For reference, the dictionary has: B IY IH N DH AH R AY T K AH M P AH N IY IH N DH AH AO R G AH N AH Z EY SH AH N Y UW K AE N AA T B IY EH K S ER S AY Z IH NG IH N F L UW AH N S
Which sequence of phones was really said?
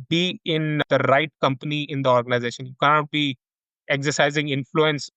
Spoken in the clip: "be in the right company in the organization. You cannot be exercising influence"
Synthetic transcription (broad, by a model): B IY IH N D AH R AY T K AH M P AH N IY IH N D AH AO R G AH N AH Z EY SH AH N Y UW K AE N AA T B IY EH K S ER S AY Z IH NG IH N F L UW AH N S